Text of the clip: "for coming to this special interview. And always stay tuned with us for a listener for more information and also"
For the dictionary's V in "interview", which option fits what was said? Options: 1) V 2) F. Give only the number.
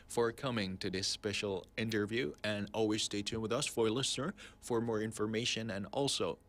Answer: 1